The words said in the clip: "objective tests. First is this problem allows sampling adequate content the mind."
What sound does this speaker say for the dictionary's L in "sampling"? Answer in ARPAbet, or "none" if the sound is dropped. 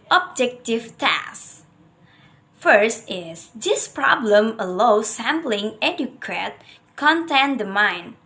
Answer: L